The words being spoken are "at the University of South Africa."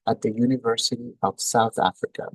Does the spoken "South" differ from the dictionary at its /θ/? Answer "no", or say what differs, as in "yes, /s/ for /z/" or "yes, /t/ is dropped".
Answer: no